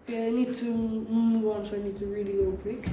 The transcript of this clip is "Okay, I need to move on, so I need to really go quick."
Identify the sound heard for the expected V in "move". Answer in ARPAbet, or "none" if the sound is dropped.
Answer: W